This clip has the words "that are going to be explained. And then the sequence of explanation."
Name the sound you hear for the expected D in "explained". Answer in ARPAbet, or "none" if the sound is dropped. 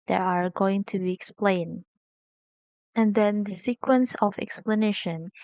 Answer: none